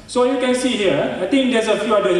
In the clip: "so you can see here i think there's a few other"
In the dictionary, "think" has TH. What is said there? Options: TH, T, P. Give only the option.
T